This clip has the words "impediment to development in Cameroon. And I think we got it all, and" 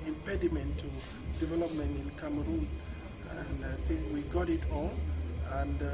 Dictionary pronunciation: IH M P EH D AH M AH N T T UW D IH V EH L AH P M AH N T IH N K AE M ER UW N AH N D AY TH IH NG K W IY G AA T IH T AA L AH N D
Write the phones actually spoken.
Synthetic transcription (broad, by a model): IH M P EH D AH M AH N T T UW D IH V EH L AH P M AH N T IH N K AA M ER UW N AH N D AY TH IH NG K W IY G AA T IH T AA N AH N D